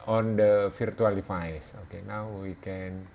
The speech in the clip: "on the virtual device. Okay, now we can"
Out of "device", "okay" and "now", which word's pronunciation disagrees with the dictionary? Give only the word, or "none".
device